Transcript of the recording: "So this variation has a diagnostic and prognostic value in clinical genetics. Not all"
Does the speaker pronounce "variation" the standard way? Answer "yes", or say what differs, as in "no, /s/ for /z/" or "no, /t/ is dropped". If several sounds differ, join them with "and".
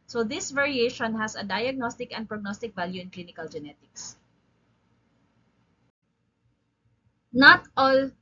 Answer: yes